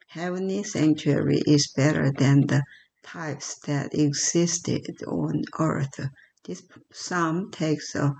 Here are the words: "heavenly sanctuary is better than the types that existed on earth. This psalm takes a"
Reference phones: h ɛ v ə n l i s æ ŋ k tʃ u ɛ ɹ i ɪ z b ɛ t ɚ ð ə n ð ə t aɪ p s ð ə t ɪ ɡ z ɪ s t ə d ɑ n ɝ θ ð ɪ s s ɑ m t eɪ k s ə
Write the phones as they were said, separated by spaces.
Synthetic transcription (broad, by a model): h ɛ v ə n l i s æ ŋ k tʃ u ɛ ɹ i ɪ z b ɛ t ɚ ð ə n ð ə t aɪ p s ð ə t ɪ ɡ z ɪ s t ə d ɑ n ɝ θ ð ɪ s s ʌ m t eɪ k s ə